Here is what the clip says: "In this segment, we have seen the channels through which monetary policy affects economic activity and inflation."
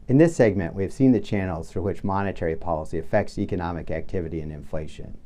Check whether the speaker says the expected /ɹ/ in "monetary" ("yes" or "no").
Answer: yes